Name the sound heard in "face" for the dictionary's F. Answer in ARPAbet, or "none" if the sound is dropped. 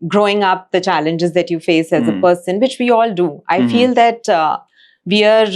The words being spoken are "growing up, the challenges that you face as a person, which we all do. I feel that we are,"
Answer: F